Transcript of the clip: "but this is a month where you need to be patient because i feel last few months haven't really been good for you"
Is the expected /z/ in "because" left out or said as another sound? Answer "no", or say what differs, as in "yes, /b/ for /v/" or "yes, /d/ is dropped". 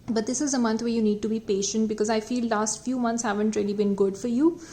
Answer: no